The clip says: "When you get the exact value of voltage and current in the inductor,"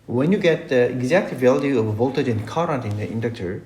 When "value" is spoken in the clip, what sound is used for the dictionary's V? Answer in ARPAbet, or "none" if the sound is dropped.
V